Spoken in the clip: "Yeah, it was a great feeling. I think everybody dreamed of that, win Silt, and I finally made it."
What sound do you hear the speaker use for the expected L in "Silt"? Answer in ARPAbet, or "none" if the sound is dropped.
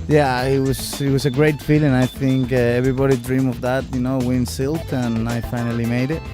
L